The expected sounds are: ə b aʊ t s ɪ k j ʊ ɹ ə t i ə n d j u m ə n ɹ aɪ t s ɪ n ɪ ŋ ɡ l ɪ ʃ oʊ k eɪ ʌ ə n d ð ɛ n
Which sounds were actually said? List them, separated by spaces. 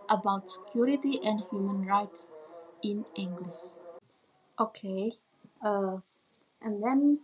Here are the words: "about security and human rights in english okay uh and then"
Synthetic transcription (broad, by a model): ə b aʊ t s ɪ k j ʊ ɹ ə t i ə n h j u m ə n ɹ aɪ t s ɪ n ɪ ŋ ɡ l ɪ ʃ oʊ k eɪ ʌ ə n d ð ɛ n